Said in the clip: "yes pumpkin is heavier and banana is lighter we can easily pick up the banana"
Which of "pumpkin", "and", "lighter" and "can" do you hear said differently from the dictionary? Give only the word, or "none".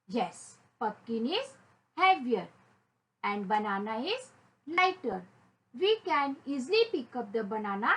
pumpkin